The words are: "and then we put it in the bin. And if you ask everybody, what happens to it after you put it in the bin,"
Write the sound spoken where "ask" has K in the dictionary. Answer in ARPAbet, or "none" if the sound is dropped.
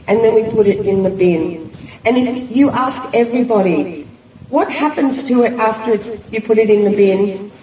K